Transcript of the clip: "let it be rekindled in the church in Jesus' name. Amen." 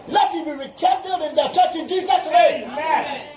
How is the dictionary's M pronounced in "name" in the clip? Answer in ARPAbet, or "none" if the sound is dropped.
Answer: none